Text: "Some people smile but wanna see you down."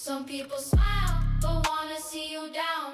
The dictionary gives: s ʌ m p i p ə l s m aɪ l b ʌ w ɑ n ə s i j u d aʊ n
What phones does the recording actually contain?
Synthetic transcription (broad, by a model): s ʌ m p i p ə l s m aɪ l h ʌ w ɑ n ə s i j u d aʊ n